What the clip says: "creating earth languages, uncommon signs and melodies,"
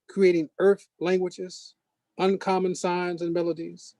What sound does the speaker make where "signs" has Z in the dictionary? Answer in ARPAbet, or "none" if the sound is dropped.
Z